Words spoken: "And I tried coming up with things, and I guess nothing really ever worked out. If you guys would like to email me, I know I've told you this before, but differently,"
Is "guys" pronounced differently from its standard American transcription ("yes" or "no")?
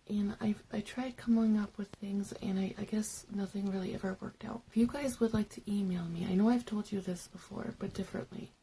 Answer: no